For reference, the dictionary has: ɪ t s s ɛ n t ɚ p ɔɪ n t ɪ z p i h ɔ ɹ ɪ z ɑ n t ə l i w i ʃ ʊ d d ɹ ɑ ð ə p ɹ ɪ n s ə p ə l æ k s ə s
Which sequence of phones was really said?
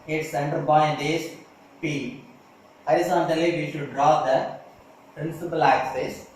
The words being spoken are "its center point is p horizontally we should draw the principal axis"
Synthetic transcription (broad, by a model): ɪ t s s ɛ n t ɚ b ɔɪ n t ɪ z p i h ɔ ɹ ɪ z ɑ n t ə l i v i ʃ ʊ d d ɹ ɑ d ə p ɹ ɪ n s ə p ə l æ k s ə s